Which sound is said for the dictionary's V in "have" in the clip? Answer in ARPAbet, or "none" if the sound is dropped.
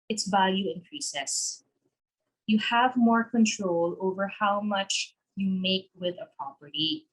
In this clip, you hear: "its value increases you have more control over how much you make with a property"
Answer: V